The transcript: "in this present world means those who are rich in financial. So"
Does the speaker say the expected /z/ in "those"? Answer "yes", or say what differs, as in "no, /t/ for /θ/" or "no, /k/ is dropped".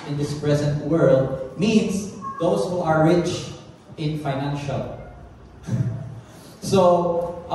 no, /s/ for /z/